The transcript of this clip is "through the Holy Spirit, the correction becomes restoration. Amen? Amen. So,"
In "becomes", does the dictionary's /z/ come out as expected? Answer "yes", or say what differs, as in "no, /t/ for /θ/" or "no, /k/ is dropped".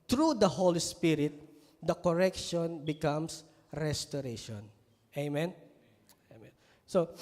no, /s/ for /z/